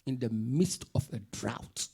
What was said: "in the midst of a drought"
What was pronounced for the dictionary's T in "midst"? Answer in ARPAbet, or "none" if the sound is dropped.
T